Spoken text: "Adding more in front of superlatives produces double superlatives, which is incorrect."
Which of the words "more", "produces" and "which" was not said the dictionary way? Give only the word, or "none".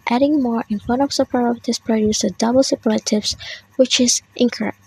produces